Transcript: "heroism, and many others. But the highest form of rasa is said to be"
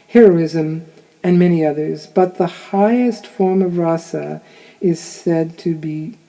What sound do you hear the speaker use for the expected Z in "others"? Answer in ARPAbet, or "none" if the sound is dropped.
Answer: Z